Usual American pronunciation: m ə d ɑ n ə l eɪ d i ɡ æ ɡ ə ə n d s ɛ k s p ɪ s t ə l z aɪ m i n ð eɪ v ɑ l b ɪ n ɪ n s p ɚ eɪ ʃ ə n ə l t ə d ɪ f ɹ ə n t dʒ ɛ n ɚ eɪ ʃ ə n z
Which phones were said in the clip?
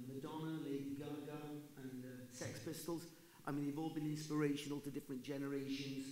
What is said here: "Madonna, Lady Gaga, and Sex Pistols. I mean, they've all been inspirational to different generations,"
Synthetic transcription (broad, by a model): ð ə d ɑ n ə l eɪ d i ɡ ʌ ɡ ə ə n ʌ s ɛ k s p ɪ s t ə l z aɪ m i n ð eɪ v ɑ l b ɪ n ɪ n s p ɚ eɪ ʃ ə n ə l t ə d ɪ f ɹ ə n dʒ ɛ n ɚ eɪ ʃ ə n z